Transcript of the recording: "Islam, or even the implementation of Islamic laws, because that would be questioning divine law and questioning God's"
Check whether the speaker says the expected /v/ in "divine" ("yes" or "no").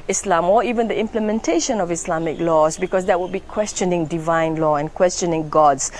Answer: yes